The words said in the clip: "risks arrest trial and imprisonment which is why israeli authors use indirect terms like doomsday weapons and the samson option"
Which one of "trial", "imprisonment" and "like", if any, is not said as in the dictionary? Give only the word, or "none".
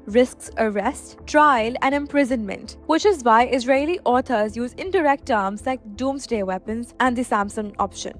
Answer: none